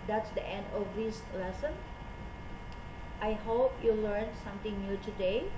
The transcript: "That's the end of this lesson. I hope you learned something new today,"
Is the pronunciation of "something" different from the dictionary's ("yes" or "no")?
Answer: yes